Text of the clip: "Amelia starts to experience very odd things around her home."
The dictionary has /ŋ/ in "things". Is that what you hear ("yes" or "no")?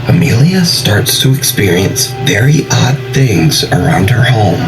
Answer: yes